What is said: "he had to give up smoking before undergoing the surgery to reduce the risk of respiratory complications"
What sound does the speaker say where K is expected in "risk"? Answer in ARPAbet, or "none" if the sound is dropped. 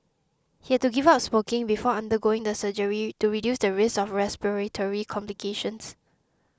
none